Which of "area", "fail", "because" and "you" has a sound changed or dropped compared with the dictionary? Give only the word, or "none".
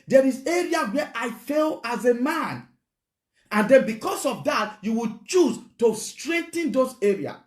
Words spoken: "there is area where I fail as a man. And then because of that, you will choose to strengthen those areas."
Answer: because